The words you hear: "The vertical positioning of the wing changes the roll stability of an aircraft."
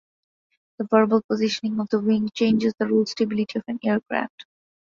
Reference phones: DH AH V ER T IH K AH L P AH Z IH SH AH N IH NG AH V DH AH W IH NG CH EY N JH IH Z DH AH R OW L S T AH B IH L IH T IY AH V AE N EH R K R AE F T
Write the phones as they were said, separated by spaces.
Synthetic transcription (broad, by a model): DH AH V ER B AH L P AH Z IH SH AH N IH NG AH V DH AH W IH NG CH EY N JH IH Z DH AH R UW L S T AH B IH L IH T IY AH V AE N EH R K R AE F T